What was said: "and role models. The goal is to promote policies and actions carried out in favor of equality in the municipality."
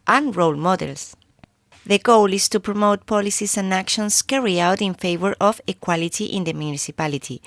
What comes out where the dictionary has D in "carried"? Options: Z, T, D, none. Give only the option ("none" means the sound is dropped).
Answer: none